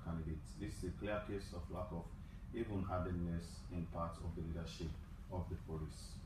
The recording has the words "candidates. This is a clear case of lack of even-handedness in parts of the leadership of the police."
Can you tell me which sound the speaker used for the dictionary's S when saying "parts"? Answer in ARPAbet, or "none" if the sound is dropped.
none